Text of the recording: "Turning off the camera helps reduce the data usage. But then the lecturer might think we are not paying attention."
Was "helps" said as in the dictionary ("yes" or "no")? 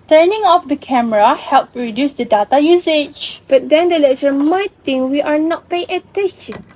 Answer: no